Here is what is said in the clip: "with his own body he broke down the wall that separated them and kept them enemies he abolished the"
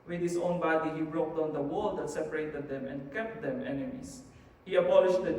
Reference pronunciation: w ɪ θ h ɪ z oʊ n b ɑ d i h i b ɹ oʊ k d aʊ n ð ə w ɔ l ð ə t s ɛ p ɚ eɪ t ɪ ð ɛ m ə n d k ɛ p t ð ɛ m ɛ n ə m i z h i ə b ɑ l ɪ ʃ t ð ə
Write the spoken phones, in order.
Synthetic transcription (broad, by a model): w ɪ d h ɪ s oʊ n b ɑ d i h i b ɹ oʊ k d aʊ n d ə w ɔ l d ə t s ɛ p ɚ eɪ t ɪ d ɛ m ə n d k ɛ p t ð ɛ m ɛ n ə m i s h i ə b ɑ l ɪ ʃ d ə